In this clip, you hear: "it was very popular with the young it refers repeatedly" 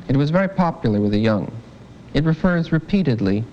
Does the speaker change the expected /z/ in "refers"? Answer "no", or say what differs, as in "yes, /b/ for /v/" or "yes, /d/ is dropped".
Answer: no